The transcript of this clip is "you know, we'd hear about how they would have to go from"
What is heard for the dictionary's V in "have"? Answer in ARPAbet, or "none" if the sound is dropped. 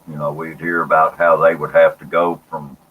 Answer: F